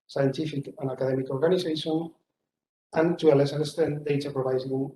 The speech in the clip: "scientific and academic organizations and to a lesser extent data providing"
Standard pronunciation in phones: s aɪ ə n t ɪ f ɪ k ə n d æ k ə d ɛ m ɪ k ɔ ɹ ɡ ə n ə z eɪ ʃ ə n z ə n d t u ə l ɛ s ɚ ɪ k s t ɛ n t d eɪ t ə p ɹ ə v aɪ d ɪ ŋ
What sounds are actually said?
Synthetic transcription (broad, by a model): s aɪ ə n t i f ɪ k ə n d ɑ k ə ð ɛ m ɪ k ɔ ɹ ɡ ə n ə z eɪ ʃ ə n ə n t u ə l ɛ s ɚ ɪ s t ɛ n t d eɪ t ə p ɹ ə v aɪ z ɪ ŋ